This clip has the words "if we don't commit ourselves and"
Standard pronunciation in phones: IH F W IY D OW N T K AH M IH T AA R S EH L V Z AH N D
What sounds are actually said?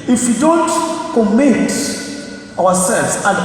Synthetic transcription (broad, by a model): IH F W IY D OW N T K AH M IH T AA W S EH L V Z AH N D